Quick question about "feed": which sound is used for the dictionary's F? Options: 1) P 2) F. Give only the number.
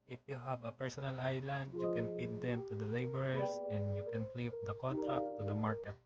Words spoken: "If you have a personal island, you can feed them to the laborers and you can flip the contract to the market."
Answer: 1